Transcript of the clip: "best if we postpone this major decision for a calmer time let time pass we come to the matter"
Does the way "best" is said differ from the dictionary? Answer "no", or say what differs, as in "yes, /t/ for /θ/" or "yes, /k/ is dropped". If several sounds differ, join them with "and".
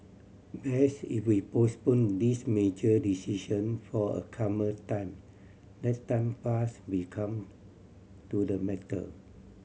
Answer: yes, /t/ is dropped